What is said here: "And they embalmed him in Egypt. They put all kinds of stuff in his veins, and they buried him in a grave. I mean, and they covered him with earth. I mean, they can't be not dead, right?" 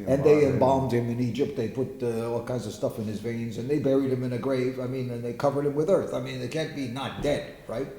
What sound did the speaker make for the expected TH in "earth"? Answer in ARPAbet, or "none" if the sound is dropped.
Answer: TH